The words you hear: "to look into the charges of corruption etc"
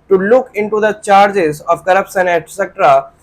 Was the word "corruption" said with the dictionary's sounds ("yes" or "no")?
no